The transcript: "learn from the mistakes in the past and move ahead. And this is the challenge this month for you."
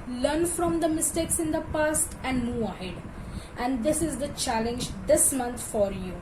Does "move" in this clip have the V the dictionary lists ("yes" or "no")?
no